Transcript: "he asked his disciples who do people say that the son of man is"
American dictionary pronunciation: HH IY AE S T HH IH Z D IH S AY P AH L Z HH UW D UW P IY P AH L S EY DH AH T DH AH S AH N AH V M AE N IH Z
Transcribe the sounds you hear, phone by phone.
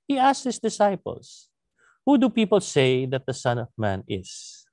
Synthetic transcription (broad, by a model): HH IY AE S T HH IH S D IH S AY P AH L S HH UW D UW P IY P AH L S EY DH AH T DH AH S AH N AH V M AE N IH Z